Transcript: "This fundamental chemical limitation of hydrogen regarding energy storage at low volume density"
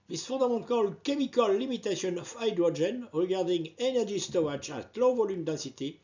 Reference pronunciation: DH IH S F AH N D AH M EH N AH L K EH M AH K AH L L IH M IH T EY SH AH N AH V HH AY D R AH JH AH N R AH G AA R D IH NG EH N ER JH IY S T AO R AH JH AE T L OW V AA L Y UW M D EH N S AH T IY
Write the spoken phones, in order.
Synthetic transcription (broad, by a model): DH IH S F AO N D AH M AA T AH L K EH M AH K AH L L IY M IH T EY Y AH N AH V AY D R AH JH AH N R AH G AA R D IH NG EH N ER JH IY S T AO AH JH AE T L OW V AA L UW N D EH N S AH T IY